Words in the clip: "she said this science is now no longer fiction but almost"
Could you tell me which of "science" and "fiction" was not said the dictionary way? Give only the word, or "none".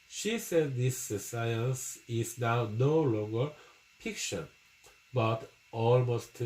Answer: fiction